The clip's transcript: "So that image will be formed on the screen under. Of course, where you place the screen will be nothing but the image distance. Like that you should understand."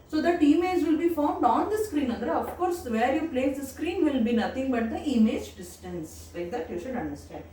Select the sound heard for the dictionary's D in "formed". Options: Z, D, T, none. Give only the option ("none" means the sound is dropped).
D